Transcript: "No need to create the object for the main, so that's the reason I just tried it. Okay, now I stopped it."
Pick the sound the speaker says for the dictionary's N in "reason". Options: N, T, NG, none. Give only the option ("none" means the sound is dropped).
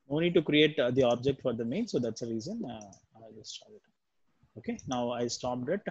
N